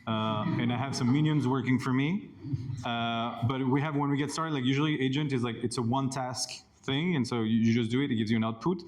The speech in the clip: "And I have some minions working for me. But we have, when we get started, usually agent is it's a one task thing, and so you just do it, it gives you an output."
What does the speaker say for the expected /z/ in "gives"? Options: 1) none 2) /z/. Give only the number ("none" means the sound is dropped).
2